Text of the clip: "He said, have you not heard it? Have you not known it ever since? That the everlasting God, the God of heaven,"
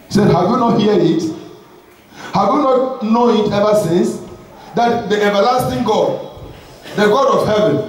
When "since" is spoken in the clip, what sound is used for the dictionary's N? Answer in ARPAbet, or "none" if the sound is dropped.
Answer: N